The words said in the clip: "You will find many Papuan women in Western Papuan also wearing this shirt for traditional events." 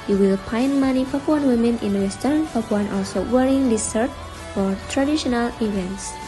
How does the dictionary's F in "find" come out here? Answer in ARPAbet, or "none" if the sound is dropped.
P